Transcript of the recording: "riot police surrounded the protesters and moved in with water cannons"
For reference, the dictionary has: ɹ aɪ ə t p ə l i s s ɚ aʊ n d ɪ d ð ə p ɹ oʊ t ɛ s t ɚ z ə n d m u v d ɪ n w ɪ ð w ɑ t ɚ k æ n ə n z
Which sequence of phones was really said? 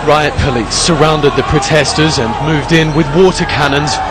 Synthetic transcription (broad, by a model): ɹ aɪ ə t p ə l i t s ɚ aʊ n d ɪ d ð ə p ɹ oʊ t ɛ s t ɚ z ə n m u v d ɪ n w ɪ ð w ɑ t ɚ k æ n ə n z